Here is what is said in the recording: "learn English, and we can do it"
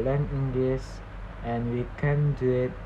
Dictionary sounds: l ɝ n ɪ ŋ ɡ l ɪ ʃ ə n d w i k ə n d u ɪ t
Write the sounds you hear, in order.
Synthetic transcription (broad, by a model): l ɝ n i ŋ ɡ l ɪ s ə n w i k ə n d u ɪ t